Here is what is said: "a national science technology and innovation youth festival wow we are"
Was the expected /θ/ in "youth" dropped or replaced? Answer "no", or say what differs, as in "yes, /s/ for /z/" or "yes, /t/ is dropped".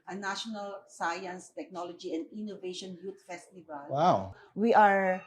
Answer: yes, /t/ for /θ/